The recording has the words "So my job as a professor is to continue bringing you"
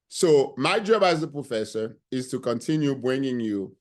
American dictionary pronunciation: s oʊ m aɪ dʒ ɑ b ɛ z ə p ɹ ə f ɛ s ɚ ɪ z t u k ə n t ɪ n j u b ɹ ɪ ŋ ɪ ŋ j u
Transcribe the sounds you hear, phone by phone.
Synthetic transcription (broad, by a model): s oʊ m aɪ dʒ ɑ b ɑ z ə p ɹ ə f ɛ s ɚ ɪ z t u k ə n t ɪ n j u b ɹ ɪ ŋ ɪ ŋ j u